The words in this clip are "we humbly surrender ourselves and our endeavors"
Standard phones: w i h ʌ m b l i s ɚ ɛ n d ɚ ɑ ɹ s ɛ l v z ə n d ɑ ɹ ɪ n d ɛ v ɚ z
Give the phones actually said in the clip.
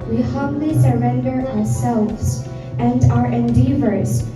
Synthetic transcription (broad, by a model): w i h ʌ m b l i s ɚ ɛ n d ɚ ɑ ɹ s ɛ l v z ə n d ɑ ɹ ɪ n d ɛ v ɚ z